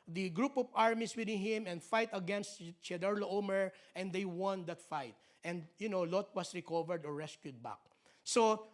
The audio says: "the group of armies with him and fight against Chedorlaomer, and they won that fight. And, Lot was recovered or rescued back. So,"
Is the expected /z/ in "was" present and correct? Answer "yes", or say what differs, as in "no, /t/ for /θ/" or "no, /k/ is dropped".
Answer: no, /s/ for /z/